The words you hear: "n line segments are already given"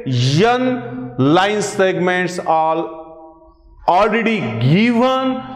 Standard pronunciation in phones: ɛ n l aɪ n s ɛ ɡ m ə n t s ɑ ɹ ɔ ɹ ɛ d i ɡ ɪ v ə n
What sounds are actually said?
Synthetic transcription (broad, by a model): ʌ n l aɪ n s ɛ ɡ m ə n t s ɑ l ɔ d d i ɡ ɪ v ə n